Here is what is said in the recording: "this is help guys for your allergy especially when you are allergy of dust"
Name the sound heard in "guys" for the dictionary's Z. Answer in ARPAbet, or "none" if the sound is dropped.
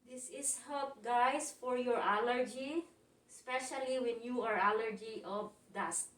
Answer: S